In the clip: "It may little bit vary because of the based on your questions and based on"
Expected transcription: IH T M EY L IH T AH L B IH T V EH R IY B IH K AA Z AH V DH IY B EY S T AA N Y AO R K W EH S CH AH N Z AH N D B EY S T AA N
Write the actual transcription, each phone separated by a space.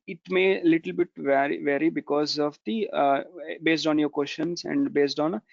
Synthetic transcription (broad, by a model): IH T M EY L IH T AH L B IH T V EH R IY B IH K AA Z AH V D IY B EY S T AA N Y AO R K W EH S SH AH N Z AH N D B EY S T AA N